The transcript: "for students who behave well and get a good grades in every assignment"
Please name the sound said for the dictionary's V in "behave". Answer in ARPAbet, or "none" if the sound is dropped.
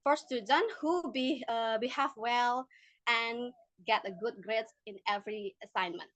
F